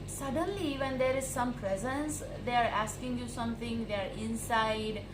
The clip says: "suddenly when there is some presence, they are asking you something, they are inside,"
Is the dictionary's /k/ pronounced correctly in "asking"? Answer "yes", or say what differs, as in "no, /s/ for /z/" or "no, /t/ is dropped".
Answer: yes